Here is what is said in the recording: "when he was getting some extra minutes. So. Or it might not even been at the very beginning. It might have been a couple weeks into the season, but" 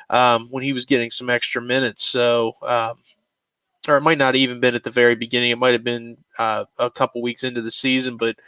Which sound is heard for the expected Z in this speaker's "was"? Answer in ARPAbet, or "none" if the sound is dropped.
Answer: Z